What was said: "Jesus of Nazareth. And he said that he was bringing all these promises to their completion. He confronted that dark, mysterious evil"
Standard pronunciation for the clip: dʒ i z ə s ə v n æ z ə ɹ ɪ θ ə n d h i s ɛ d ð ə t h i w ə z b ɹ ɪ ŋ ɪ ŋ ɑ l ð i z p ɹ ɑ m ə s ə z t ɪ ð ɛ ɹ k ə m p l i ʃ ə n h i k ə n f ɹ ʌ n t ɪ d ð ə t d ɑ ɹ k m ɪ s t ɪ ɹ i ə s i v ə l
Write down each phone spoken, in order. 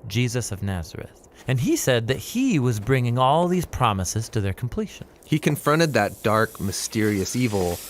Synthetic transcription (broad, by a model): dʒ i z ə s ə v n æ z ə ɹ ɪ θ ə n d i s ɛ d ð ə t h i w ə z b ɹ ɪ ŋ ɪ ŋ ɑ l ð i z p ɹ ɑ m ə s ə z t ɪ ð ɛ ɹ k m p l i ʃ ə n h i k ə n f ɹ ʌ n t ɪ d ð ə t d ɑ ɹ k m ɪ s t ɪ ɹ i ə s i v l